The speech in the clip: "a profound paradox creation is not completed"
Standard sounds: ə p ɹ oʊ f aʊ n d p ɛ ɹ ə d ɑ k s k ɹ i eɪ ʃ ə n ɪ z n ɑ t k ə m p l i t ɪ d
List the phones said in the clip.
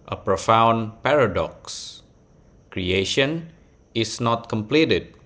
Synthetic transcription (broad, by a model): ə p ɹ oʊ f aʊ n p ɛ ɹ ə d ɑ k s k ɹ i eɪ ʃ ə n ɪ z n ɑ t k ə m p l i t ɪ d